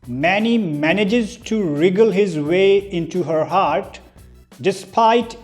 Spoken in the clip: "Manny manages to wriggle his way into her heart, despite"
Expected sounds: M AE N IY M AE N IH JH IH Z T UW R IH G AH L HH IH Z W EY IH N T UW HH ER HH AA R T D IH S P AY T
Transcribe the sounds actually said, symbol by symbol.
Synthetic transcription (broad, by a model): M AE N IY M AE N IH JH IH Z T UW R IH G AH L HH IH Z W EY IH N T UW HH ER HH AA R T D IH S P AY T